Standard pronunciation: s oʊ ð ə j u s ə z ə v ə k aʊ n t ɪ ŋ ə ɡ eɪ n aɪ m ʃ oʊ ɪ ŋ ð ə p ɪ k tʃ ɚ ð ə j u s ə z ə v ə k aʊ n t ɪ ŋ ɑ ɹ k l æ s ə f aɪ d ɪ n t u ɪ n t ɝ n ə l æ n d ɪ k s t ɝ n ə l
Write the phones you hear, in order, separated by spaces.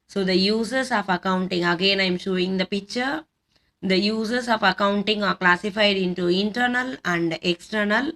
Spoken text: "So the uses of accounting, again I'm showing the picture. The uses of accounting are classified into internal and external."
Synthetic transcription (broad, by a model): s oʊ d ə j u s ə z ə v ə k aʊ n t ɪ ŋ ə ɡ eɪ n aɪ m ʃ oʊ ɪ ŋ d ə p ɪ k tʃ ɚ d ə j u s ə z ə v ə k aʊ n t ɪ ŋ ɑ ɹ k l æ s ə f aɪ d ɪ n t u ɪ n t ɝ n ə l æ n d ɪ k s t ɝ n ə l